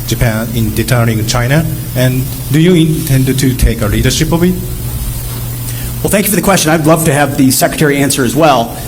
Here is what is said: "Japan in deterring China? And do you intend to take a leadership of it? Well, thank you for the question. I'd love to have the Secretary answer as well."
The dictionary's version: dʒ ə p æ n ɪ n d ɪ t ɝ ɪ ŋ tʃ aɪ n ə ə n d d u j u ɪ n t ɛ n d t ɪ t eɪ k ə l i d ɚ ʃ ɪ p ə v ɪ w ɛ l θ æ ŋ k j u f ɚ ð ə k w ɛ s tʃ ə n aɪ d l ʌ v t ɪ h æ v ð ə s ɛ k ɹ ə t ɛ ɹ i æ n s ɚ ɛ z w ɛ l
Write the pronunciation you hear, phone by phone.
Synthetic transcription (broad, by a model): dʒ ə p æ n ɪ n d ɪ t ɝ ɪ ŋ tʃ aɪ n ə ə n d d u j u ɪ n t ɛ n d t ɪ t eɪ k ə l i d ɚ ʃ ɪ p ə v ɪ w ɛ l θ æ ŋ k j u f ɚ ð ə k w ɛ s tʃ ə n aɪ d l ʌ v t ɪ v ð ə s ɛ k ɹ ə t ɛ ɹ i æ n s ɚ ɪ z w ɛ l